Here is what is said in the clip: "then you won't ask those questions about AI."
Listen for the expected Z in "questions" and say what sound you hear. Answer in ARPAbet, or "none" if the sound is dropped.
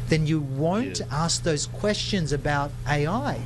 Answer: Z